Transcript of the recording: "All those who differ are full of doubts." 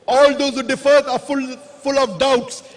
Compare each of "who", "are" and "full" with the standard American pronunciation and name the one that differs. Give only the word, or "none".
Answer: are